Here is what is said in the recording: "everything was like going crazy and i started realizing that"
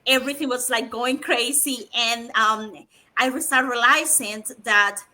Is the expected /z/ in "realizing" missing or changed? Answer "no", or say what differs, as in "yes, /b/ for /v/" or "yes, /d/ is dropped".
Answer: yes, /s/ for /z/